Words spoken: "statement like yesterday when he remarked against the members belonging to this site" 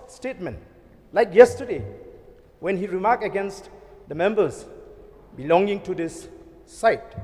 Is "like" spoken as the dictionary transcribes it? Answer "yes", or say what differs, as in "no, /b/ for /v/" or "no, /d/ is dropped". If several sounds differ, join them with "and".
yes